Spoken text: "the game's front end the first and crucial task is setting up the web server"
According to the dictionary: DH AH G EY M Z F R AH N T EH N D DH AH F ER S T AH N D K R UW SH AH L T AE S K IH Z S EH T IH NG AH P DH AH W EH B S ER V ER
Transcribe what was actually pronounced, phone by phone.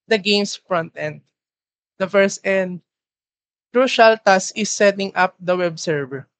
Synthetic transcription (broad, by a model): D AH G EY M S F R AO N T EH N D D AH F ER S T AH N D K R UW SH AH L T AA S IH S EH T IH NG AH P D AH W EH B S ER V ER